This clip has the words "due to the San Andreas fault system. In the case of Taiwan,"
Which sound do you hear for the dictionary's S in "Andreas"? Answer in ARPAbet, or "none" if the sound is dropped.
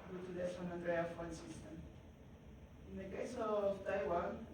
none